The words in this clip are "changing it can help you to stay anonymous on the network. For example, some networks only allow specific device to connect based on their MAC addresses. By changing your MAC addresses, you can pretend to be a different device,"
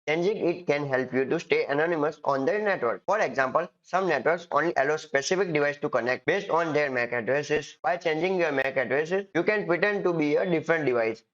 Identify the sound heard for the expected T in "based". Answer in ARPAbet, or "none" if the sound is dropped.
T